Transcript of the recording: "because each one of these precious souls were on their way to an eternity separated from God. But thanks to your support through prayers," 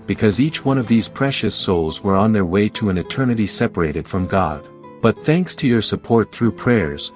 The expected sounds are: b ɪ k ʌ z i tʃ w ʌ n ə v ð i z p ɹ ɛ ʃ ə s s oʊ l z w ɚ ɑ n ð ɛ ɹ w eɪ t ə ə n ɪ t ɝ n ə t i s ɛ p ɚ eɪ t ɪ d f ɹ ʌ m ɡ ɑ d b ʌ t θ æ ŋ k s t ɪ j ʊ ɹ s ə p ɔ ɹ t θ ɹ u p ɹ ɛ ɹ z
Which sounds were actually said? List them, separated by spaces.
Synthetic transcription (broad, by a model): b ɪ k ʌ z i tʃ w ʌ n ə v ð i z p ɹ ɛ ʃ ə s s oʊ l z w ɚ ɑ n ð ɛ ɹ w eɪ t ə ə n ɪ t ɝ n ə t i s ɛ p ɚ eɪ t ɪ d f ɹ ʌ m ɡ ɑ d b ʌ t θ æ ŋ k s t ɪ j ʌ ɹ s ə p ɔ ɹ t θ ɹ u p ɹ ɛ ɹ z